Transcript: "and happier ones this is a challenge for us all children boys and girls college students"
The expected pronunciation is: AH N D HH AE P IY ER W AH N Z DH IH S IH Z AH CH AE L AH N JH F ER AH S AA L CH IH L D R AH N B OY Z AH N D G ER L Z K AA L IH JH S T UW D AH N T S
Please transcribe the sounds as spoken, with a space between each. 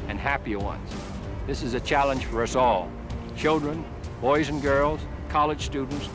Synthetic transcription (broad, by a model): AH N HH AE P IY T W AH N Z DH IH S IH Z AH CH AE L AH N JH F ER AH S AA L CH IH L D R AH N B OY Z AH N G ER L Z K AA L IH JH S T UW D N T S